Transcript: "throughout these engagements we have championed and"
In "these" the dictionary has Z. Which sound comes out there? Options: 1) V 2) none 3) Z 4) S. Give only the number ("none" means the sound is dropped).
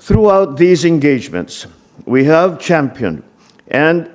3